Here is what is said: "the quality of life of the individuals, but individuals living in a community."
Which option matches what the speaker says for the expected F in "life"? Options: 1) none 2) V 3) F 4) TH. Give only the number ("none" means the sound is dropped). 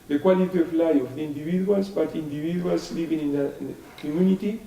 1